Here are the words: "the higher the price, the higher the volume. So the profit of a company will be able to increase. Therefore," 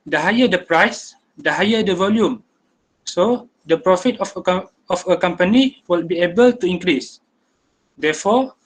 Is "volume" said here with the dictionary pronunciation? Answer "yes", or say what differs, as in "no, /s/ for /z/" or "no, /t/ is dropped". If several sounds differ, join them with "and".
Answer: yes